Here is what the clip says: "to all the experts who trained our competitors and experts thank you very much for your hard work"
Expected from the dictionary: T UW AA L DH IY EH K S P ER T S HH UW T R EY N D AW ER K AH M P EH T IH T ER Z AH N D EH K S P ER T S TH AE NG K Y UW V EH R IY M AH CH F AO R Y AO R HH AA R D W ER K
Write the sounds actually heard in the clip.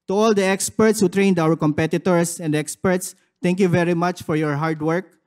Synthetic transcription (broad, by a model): T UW AA L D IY EH K S P ER T S HH UW T R EY N D AW ER K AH M P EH T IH T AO S AH N D EH K S P ER T S T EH NG K Y UW V EH R IY M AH CH F AO R Y AO R HH AA R D W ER K